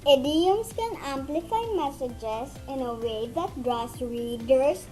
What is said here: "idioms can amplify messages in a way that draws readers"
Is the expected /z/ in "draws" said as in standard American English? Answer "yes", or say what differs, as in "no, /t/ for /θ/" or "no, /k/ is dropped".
no, /s/ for /z/